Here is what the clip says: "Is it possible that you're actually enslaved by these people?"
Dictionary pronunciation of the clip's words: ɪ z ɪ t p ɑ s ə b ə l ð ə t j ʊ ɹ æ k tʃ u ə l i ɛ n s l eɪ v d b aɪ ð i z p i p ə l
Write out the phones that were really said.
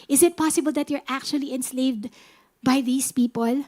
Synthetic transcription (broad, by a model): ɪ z ɪ t p ɑ s ə b ə l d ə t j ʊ ɹ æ k tʃ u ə l i ɛ n s l eɪ v d b aɪ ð i s p i p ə l